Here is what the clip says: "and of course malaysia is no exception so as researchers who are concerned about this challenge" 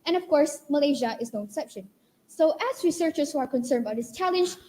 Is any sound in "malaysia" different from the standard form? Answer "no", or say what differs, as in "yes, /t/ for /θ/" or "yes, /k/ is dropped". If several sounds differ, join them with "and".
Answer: no